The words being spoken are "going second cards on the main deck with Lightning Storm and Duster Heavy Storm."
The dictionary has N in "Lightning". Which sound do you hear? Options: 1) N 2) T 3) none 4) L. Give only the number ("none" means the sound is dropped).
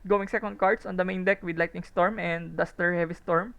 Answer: 3